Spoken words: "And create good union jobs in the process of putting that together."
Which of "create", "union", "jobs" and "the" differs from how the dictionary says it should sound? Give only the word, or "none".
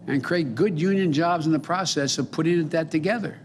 none